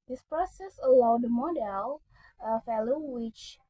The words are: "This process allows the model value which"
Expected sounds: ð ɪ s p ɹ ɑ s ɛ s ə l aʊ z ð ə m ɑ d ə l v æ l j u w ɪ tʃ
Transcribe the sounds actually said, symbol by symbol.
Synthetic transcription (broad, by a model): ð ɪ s p ɹ ɑ s ɛ s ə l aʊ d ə m ɑ d ə l f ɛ l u w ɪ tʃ